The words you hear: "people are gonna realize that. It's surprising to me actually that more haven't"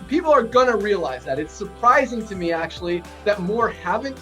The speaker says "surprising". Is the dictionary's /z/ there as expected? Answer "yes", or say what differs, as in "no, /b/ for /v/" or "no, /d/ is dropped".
yes